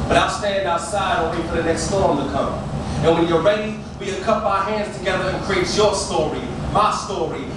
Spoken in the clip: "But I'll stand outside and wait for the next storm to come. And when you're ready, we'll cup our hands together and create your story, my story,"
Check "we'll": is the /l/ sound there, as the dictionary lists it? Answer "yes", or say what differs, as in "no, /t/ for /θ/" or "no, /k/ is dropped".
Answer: no, /n/ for /l/